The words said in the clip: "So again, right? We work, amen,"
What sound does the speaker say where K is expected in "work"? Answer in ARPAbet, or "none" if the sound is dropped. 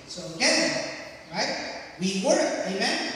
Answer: none